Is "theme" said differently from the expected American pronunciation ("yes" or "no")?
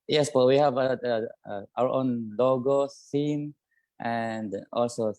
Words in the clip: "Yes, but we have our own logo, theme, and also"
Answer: yes